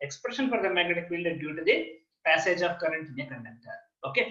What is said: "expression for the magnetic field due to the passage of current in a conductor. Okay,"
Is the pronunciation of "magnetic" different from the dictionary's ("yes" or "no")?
yes